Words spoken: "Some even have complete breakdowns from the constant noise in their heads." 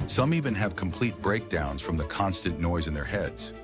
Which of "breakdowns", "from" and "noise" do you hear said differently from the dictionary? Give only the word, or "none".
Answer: none